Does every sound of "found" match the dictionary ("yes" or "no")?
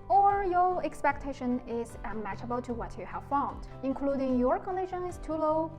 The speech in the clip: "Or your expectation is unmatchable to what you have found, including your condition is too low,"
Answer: yes